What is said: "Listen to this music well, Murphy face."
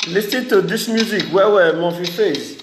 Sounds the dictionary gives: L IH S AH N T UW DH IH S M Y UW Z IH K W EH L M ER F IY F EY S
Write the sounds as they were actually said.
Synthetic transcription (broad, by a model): L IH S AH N T UW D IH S M Y UW Z IH K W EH W M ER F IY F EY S